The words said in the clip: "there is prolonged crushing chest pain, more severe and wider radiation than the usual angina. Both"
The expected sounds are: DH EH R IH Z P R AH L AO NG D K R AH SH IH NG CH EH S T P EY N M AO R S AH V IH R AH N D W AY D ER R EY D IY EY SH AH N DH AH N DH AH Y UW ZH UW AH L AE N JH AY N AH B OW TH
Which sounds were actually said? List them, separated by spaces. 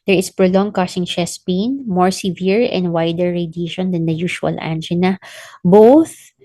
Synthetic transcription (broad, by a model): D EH R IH S P R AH L AO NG K AH S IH NG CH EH S P EY N M AO R S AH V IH R AH N D W AY D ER R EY D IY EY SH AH N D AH N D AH Y UW SH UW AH L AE N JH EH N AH B OW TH